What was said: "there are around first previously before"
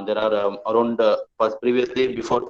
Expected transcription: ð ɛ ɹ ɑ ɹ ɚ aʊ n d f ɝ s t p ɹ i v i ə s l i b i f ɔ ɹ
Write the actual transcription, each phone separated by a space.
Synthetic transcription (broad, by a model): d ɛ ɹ ɑ ɹ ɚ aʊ n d p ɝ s p ɹ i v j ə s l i b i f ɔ ɹ